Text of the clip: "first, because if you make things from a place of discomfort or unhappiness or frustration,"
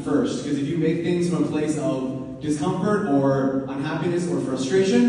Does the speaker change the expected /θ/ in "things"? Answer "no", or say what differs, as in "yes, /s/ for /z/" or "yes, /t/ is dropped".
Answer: no